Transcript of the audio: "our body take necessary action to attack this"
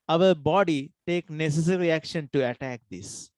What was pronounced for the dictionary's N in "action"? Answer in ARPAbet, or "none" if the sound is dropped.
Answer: N